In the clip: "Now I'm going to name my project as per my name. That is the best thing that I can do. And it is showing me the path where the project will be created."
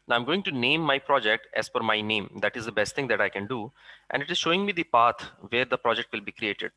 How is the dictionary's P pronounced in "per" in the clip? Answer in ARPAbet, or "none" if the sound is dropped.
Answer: F